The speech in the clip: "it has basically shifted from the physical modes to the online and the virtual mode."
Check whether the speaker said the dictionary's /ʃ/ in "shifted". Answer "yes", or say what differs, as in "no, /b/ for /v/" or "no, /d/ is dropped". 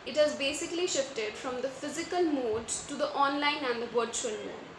yes